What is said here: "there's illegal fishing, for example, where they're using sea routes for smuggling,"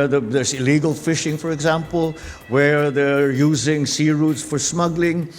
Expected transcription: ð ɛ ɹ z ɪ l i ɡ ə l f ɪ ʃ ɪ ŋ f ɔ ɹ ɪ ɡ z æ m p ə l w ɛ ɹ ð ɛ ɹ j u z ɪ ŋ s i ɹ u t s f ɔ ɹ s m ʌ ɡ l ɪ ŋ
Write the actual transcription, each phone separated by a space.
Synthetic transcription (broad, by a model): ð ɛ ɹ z ɪ l i ɡ ə l f ɪ ʃ ɪ ŋ f ɔ ɹ ɪ ɡ z æ m p ə l w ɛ ɹ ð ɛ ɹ j u z ɪ ŋ s i ɹ u t s f ɔ ɹ s m ʌ ɡ l ɪ ŋ